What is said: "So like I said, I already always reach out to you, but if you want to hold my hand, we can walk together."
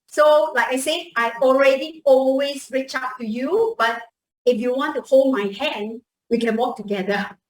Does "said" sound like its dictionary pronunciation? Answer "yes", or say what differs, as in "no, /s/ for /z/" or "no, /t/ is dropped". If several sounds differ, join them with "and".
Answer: no, /d/ is dropped